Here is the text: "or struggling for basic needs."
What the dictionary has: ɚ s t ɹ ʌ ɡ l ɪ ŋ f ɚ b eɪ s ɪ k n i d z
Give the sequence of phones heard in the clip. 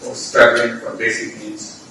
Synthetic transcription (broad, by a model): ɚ s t ɑ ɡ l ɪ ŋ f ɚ b eɪ s ɪ k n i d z